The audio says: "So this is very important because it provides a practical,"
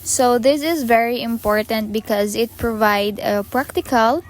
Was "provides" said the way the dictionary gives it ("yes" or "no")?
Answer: no